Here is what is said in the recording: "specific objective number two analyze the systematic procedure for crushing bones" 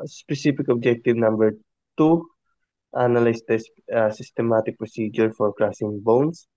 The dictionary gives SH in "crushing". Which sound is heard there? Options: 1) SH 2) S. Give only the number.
2